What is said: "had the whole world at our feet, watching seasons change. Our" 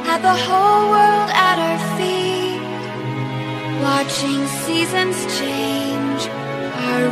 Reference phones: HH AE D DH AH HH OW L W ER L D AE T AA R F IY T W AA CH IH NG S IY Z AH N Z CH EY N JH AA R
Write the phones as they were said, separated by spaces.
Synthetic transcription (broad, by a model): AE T DH AH HH OW L W ER L D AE T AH R F IY T W AA CH IH NG S IY Z AH N Z CH EY N JH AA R